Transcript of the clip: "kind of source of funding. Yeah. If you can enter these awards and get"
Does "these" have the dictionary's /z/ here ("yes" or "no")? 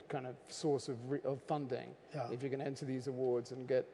yes